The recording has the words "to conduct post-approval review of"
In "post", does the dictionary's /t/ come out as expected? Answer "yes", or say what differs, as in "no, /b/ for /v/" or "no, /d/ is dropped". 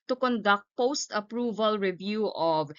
yes